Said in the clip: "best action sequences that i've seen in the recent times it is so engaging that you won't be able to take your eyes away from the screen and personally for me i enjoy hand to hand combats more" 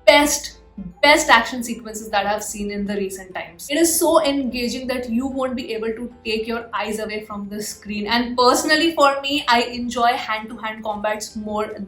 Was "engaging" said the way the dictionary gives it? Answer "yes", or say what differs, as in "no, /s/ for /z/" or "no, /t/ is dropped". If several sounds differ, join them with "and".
yes